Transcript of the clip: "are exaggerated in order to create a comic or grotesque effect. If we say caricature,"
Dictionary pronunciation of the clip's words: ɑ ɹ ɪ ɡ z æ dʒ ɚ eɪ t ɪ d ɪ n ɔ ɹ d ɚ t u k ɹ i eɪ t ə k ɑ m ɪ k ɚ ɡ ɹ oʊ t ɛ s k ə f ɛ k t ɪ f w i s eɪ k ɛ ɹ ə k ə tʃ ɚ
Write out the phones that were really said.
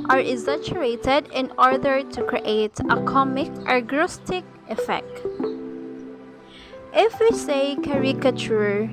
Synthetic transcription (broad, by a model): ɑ ɹ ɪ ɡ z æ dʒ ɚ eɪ t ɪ d ɪ n ɔ ɹ d ɚ t u k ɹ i eɪ t ə k ɑ m ɪ k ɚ ɡ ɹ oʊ t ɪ k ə f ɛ k t ɪ f w i s eɪ k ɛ ɹ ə k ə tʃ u